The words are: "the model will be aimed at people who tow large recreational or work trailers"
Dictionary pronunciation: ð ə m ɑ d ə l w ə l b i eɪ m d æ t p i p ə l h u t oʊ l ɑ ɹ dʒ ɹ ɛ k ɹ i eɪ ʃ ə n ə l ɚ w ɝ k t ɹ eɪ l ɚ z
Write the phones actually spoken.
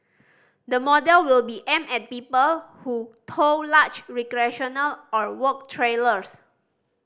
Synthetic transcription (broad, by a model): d ə m ɑ d ə l w ə l b i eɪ m ɛ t p i p ə l h u t oʊ l ɑ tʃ ɹ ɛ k ɹ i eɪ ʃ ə n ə l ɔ w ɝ k t ɹ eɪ l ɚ s